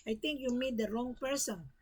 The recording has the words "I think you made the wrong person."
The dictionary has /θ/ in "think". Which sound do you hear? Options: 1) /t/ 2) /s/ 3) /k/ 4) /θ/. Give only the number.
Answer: 1